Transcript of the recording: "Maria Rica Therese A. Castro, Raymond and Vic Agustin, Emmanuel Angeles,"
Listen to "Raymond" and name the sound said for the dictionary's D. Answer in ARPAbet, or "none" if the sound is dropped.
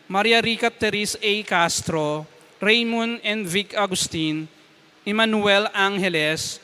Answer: none